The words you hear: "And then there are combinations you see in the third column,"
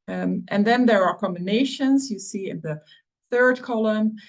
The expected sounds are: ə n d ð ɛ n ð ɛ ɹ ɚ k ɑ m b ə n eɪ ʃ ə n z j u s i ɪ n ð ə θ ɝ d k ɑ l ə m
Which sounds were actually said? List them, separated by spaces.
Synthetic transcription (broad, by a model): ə n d ð ɛ n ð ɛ ɹ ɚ k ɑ m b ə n eɪ ʃ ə n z j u s i ɪ n ð ə θ ɝ d k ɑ l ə m